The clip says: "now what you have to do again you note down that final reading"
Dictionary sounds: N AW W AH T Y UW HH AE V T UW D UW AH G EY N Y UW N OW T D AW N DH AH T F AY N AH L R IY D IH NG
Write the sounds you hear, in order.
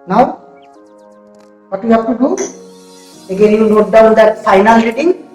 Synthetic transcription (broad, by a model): N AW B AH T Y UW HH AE B T UW D UW AH G EY N Y UW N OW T D AW N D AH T F AY N AH L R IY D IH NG